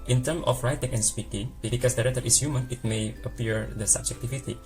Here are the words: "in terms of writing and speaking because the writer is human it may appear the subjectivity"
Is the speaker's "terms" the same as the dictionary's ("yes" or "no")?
no